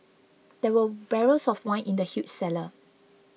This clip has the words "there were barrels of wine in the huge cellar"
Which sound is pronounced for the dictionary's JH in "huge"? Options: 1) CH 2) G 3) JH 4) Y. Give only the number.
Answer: 1